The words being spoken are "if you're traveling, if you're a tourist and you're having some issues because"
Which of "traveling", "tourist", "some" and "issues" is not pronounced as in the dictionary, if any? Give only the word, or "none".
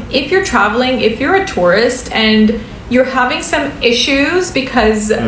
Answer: none